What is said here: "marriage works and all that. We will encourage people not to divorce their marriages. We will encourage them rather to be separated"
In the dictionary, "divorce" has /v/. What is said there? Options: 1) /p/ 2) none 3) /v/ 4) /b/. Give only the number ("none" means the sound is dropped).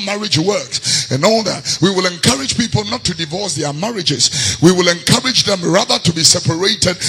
3